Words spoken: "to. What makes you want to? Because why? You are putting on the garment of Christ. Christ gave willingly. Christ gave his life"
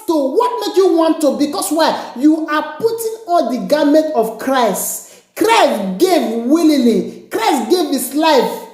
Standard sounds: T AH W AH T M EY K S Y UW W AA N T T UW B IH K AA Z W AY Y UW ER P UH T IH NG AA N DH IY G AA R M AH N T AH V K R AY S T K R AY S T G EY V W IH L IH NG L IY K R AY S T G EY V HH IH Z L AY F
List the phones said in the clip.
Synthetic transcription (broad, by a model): T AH W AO T M EY K Y UW W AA N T T UW B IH K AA S W AY Y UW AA P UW T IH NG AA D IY G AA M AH N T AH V K R AY S T K R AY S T G EY V W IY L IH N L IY K R AY S T G EY V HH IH S L AY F